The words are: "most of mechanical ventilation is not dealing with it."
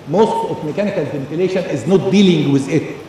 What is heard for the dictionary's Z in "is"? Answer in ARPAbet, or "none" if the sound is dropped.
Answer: Z